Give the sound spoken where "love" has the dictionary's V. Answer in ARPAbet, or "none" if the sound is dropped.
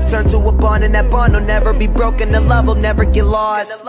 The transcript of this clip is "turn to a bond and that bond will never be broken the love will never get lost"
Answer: V